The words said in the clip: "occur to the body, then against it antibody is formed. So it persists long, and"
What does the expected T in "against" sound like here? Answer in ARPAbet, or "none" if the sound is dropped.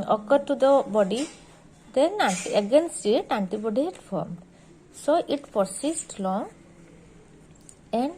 none